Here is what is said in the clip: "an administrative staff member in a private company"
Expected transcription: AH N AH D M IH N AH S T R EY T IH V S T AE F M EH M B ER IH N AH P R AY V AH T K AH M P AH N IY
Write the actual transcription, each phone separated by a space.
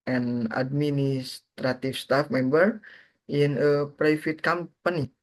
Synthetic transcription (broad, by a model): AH N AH D M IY N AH S T R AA T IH F S T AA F M EH M B ER IH N AH P R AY F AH T K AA M P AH N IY